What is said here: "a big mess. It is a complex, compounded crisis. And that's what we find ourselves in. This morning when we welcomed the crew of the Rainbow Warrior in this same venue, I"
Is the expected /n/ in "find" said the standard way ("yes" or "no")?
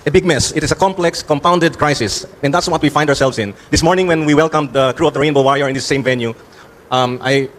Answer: no